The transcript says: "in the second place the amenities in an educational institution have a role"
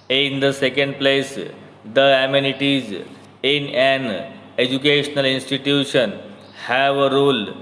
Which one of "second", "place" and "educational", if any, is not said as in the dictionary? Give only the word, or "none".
none